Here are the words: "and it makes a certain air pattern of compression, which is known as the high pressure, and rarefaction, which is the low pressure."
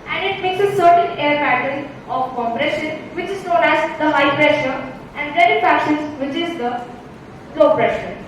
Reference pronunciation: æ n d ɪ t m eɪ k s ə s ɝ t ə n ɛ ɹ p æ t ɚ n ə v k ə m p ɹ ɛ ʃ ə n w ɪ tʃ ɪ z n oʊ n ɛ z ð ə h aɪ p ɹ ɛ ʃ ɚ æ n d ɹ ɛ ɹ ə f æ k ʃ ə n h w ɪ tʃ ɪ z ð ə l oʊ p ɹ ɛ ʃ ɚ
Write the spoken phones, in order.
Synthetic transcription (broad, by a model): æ n d ɪ t m eɪ k s ə s ɝ t ə n ɛ ɹ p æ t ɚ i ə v k ə m p ɹ ɛ ʃ ə n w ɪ tʃ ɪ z n oʊ n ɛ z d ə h aɪ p ɹ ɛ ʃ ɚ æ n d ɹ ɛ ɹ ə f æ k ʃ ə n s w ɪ tʃ ɪ z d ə l oʊ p ɹ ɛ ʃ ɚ